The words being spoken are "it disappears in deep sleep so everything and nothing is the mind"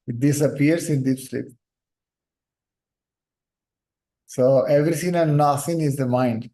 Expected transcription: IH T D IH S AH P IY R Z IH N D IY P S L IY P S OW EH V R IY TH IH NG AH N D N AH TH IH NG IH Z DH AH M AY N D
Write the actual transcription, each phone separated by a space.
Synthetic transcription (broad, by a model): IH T D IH S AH P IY R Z IH N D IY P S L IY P S OW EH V R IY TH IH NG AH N N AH S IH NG IH Z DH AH M AY N D